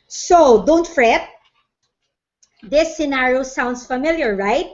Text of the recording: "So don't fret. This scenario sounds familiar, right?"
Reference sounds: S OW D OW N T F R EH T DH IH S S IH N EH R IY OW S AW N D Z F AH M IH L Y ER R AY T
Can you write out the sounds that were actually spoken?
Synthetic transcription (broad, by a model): S OW D OW N T F R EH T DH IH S S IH N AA R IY OW S AW N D S F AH M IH L Y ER R AY T